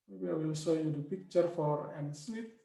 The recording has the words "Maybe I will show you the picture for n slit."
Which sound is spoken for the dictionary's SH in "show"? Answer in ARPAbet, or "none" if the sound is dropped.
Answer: S